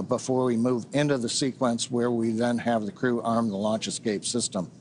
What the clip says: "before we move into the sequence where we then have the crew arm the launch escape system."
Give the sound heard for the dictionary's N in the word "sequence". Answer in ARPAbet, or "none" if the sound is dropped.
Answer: N